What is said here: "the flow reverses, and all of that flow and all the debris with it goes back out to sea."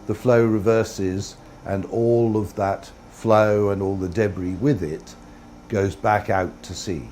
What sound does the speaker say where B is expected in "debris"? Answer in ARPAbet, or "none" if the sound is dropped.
B